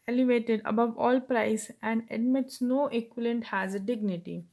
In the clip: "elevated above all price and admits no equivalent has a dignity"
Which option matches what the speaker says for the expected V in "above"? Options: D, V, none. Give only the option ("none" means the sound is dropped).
V